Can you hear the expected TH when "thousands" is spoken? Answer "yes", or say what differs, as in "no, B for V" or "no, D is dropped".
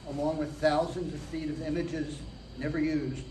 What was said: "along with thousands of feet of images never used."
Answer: yes